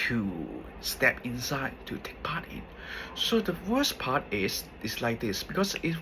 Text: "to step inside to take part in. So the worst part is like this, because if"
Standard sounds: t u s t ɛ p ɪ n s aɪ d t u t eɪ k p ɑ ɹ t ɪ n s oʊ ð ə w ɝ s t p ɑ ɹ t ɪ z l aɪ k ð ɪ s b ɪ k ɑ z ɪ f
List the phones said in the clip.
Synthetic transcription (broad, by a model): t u s t ɛ p ɪ n s aɪ d t u t eɪ k p ɑ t ɪ n s oʊ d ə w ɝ s p ɑ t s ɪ s l aɪ k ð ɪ s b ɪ k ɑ s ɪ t